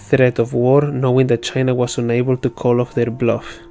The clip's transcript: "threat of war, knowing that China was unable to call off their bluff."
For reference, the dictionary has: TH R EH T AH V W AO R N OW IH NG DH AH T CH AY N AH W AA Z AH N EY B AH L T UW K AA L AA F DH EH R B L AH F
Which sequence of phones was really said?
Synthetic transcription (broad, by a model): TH R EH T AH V W AO R N OW IH NG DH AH T CH AY N AH W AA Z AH N EY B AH L T UW K AA L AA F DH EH R B L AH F